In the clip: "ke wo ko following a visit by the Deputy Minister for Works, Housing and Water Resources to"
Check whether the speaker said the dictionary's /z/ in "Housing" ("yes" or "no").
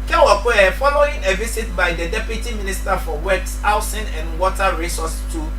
no